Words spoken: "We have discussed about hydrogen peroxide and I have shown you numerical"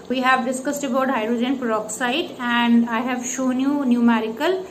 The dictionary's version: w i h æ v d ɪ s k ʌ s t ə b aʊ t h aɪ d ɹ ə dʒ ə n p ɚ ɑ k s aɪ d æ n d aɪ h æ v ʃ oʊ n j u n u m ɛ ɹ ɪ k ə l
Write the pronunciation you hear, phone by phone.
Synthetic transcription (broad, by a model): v i h æ v d ɪ s k ʌ s t ə b aʊ t h aɪ d ɹ ə dʒ ə n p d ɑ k s aɪ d æ n d aɪ h æ v ʃ oʊ n j u n u m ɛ ɹ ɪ k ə l